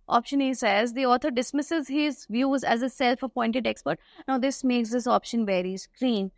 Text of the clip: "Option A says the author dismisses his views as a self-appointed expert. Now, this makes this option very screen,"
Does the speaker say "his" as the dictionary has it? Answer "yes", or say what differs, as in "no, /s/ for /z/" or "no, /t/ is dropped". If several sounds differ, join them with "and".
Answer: yes